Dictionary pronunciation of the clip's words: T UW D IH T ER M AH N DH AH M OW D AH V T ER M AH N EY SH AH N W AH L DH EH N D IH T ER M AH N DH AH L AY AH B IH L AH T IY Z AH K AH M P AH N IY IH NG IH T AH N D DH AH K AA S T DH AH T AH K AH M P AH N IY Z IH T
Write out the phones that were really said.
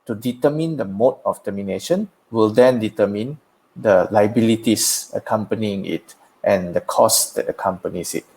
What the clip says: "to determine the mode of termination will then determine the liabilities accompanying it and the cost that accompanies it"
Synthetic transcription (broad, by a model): T UW D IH T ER M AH N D AH M OW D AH F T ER M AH N EY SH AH N W AH L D EH N D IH T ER M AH N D AH L AY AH B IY L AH T IY S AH K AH M P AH N IY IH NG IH T AH N D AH K AA S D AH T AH K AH M P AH N IY S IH T